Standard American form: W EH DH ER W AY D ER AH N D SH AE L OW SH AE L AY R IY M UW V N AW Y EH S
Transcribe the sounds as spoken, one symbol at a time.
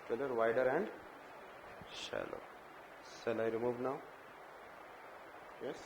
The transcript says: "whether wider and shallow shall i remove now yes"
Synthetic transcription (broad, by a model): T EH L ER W AY D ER AH N D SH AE L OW S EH L AY R IY M UW V N AW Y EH S